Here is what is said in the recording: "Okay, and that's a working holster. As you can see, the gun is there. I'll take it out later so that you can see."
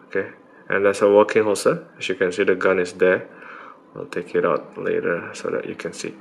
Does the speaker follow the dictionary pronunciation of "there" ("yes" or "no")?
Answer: no